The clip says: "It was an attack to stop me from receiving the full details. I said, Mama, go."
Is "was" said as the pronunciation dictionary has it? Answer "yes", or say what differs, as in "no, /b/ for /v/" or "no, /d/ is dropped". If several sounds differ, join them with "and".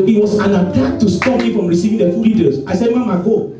no, /s/ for /z/